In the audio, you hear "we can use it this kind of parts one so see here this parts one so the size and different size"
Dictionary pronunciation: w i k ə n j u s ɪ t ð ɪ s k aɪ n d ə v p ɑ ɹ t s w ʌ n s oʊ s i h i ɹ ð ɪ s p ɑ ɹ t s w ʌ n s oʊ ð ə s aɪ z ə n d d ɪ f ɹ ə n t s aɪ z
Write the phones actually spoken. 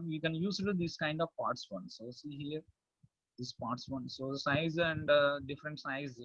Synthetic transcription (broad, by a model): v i k ə n j u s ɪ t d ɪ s k aɪ n d ə v p ɑ ɹ t s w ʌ n s oʊ s i h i ɹ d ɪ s p ɑ ɹ t s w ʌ n s oʊ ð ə s aɪ z ə n d d ɪ f ɹ ə n t s aɪ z